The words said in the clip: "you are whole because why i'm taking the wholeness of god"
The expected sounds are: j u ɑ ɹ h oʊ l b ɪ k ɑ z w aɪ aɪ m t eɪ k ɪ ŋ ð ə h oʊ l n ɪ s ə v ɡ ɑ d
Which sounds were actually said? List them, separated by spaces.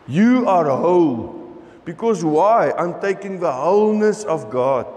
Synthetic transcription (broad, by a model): j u ɑ ɹ h oʊ l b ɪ k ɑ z w aɪ aɪ m t eɪ k ɪ ŋ ð ə h oʊ l n ɪ s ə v ɡ ɑ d